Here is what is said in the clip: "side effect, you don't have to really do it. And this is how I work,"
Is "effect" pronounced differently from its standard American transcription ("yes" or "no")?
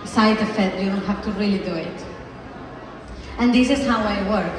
yes